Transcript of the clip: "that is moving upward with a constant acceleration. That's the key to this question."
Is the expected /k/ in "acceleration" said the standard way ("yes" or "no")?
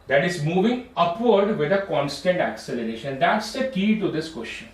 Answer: yes